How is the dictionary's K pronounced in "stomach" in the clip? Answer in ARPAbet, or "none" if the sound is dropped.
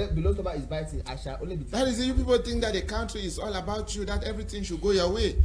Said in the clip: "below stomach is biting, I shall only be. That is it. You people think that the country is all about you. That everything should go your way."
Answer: none